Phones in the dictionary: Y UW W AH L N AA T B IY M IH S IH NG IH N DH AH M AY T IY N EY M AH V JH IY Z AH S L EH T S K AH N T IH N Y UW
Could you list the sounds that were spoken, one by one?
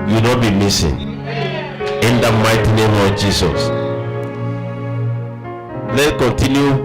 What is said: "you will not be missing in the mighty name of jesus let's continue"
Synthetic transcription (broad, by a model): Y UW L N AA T B IY M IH S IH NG IH N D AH M AY T IY N EY M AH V JH IY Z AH S L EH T K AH N T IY N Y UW